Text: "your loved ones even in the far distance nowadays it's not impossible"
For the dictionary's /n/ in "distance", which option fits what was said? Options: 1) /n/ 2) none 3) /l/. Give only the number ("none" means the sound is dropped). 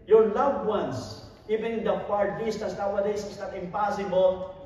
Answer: 2